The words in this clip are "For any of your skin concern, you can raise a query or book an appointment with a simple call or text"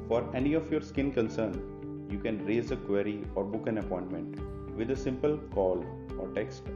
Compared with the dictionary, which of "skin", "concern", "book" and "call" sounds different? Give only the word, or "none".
none